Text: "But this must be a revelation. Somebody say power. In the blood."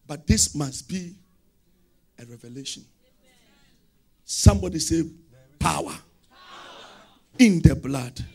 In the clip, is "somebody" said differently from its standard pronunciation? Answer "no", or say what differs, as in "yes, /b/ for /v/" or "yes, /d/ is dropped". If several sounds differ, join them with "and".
no